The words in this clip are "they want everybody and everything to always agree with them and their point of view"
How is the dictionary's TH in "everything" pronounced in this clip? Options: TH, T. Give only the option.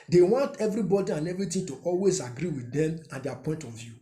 T